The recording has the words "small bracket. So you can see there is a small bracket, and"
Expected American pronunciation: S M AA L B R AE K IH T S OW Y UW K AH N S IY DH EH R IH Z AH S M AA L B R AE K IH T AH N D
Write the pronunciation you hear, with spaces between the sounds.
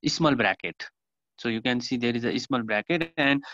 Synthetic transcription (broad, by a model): S M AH L B R AE K IH T S OW Y UW K AH N S IY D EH R IH Z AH S M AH L B R AE K IH T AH N D